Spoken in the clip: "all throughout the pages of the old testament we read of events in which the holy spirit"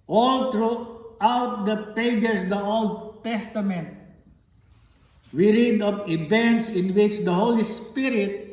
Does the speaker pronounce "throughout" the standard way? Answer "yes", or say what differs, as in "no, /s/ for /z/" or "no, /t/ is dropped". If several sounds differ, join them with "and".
no, /t/ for /θ/